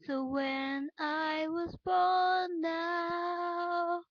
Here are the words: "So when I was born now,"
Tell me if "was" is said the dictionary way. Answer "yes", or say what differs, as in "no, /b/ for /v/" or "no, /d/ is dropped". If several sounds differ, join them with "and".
yes